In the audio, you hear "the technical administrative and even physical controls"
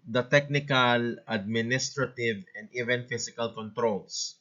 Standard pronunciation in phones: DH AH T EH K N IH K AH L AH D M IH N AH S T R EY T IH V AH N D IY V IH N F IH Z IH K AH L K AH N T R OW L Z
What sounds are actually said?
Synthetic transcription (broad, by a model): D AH T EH K N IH K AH L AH D M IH N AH S T R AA T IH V AH N D IY V IH N F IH S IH K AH L K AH N T R OW L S